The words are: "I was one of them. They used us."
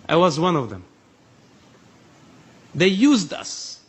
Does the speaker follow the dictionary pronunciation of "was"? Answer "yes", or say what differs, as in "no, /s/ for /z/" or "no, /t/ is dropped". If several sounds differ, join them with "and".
yes